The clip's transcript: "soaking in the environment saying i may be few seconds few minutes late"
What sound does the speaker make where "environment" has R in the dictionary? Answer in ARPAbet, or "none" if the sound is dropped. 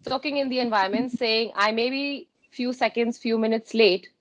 none